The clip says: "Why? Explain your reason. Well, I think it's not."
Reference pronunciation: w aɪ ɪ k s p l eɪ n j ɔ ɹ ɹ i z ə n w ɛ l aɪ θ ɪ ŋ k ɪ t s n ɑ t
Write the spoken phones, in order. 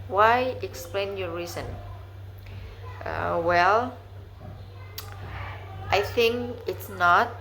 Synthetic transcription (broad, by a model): w aɪ ɪ k s p l eɪ n j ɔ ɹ ɹ i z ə n w ɛ l aɪ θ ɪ ŋ k ɪ t s n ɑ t